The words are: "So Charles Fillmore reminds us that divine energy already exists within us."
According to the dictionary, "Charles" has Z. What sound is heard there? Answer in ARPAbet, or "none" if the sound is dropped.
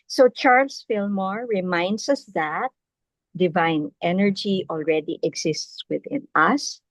S